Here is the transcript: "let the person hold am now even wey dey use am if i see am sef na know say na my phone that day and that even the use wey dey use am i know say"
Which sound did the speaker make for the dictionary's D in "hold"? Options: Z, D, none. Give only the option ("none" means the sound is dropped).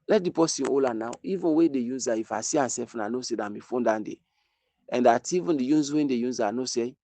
none